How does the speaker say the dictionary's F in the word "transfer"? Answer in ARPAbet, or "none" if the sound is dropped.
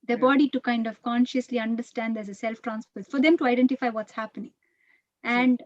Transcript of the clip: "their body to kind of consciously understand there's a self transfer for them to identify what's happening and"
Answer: P